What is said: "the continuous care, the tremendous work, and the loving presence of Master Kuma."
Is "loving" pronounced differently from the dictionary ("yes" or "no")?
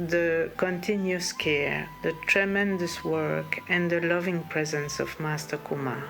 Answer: no